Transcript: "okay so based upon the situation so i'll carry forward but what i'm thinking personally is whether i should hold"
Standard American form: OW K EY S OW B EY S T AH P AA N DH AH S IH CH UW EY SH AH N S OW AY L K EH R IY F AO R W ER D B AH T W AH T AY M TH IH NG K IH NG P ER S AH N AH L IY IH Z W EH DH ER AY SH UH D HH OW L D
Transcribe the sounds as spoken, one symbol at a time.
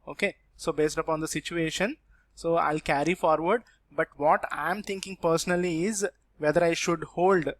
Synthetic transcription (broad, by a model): OW K EY S OW B EY S T AH P AA N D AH S IH CH UW EY SH AH N S OW AY L K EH R IY F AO R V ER D B AH T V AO T AY M T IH NG K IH NG P ER S AH N AH L IY IH Z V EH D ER AY SH UH D HH OW L D